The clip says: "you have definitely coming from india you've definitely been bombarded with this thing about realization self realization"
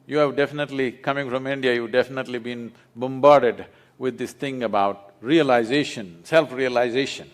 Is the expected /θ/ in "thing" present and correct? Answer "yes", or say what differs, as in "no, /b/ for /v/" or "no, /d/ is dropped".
no, /t/ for /θ/